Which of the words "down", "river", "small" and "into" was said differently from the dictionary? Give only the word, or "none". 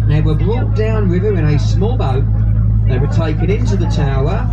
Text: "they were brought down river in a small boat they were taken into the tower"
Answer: river